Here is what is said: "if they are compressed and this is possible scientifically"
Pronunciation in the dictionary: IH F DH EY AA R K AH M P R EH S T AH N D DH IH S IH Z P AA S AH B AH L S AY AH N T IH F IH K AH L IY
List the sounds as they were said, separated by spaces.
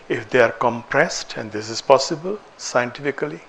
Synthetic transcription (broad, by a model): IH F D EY AA R K AH M P R EH S T AH N D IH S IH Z P AA S AH B AH L S AY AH N T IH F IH K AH L IY